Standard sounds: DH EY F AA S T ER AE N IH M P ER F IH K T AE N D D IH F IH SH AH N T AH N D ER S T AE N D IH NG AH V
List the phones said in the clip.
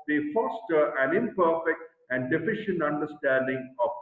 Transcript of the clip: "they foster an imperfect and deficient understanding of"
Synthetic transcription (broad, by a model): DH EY F AA S T ER AE N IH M P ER F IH K T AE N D D IH F IH SH AH N T AH N D ER S T AE N D IH NG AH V